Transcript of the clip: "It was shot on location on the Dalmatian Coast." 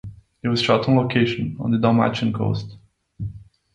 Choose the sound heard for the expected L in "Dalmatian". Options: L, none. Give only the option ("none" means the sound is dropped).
none